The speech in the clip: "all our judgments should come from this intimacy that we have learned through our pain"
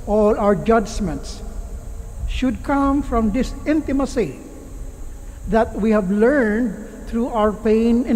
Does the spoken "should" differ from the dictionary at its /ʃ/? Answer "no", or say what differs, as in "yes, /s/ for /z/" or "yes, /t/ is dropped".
no